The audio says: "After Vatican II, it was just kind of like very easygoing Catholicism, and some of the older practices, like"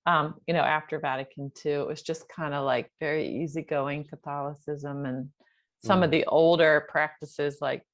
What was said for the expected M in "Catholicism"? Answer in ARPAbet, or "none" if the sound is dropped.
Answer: M